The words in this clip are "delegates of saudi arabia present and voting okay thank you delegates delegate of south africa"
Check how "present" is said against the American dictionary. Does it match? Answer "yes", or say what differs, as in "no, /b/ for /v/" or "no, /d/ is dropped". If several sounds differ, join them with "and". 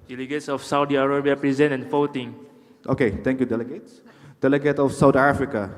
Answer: no, /t/ is dropped